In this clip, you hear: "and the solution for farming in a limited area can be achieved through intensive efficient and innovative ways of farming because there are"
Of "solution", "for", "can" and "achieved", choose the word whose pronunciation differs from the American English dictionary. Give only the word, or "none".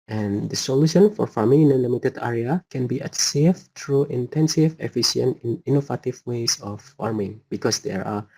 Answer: achieved